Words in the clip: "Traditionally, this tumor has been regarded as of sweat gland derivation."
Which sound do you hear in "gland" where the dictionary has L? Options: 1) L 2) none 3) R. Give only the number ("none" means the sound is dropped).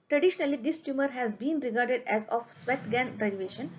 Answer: 2